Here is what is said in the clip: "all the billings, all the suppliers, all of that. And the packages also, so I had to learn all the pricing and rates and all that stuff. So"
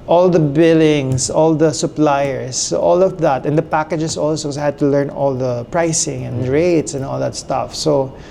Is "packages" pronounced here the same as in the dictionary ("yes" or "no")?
no